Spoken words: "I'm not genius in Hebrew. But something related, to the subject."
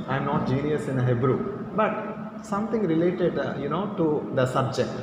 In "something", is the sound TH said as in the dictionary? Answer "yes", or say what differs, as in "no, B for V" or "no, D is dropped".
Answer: no, T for TH